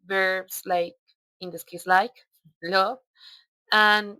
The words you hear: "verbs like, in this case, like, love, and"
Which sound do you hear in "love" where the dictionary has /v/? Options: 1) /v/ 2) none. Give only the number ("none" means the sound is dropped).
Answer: 2